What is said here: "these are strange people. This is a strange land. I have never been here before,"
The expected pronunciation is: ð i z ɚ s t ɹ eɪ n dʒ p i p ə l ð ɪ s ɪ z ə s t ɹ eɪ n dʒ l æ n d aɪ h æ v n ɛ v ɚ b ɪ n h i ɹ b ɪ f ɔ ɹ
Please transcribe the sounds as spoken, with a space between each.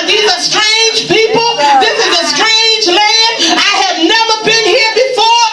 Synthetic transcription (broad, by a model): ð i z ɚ s t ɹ eɪ n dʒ p i p l ð ɪ s ɪ z ə s t ɹ eɪ n dʒ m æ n aɪ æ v n ɛ v ɚ b ɪ n h i ɹ b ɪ f ɔ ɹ